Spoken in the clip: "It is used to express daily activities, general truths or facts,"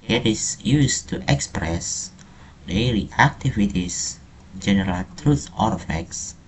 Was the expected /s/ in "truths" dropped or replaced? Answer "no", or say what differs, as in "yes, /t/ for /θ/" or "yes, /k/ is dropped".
yes, /s/ is dropped